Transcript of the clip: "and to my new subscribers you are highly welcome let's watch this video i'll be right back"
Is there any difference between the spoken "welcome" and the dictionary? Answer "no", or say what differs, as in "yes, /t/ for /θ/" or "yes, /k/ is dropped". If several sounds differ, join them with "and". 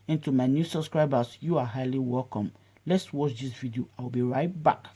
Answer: no